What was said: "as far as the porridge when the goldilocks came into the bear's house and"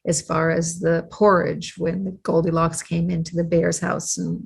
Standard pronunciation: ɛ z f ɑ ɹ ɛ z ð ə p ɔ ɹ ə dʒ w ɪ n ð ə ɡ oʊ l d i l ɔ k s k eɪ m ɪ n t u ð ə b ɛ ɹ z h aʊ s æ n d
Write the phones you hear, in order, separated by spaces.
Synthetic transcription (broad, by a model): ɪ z f ɑ ɹ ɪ z ð ə p ɔ ɹ ə dʒ w ɪ n ð ə ɡ oʊ l d i l ɔ k s k eɪ m ɪ n t u ð ə b ɛ ɹ z h aʊ s n